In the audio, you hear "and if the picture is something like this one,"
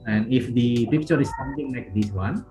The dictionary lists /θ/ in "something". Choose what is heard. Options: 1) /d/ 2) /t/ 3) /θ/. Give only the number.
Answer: 2